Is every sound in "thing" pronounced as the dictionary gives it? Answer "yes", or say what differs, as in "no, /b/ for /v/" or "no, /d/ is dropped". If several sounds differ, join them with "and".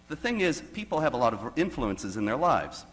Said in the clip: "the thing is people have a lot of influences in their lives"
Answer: yes